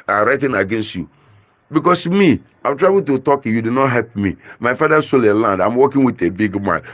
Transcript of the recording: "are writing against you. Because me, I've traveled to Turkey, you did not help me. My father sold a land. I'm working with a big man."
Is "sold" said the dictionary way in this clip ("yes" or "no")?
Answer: no